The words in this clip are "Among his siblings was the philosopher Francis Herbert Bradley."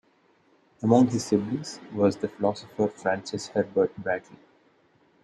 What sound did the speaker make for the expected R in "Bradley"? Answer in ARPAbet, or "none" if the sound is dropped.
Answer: none